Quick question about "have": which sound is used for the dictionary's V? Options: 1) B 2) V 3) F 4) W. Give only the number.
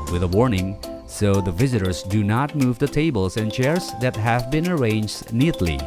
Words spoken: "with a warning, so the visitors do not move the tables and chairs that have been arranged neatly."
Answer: 2